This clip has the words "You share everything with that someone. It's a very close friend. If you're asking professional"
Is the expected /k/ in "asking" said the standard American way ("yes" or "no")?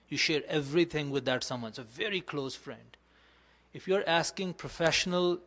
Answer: yes